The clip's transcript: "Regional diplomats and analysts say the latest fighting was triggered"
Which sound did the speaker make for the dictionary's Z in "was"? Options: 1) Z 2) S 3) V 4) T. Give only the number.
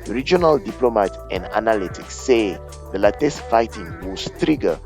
2